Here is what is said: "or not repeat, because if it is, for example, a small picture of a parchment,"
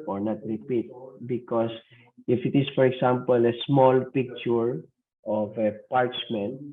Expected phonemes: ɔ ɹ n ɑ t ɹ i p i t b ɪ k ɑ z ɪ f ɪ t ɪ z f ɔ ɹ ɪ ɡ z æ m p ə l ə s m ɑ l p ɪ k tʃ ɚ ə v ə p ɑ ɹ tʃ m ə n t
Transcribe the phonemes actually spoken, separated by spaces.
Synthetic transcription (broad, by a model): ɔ ɹ n ɑ t ɹ i p i t b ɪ k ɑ s ɪ f ɪ t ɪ s f ɔ ɹ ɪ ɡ s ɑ m p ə l ə s m ɑ l p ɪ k tʃ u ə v ə p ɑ ɹ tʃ m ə n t